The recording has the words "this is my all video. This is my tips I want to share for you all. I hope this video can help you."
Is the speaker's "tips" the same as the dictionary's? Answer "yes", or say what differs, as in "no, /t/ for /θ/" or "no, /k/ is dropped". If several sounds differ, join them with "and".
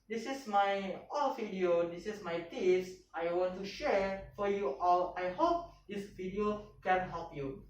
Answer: no, /p/ is dropped